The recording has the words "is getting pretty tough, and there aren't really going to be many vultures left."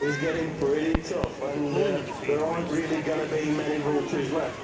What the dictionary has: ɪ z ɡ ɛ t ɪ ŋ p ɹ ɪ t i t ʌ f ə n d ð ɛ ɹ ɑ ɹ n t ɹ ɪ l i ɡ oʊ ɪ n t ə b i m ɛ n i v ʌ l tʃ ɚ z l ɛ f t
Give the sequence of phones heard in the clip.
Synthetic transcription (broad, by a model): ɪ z ɡ ɛ t ɪ ŋ p ɹ ɪ t i t ʌ f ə n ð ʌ ɹ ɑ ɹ n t ɹ ɪ l i ɡ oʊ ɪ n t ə b i m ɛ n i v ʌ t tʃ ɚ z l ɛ